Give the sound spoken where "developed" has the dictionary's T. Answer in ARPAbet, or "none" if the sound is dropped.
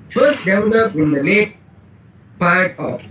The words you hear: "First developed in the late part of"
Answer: none